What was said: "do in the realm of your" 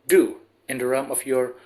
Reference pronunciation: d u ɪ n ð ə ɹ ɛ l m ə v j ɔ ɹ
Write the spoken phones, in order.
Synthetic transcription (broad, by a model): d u ɪ n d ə ɹ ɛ m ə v j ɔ ɹ